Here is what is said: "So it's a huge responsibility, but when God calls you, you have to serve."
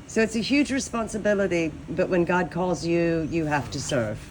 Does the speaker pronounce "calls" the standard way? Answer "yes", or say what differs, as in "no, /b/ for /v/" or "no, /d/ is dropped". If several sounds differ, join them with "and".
yes